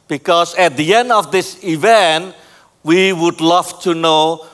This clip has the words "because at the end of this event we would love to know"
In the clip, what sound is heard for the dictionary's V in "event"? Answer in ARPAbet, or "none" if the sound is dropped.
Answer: V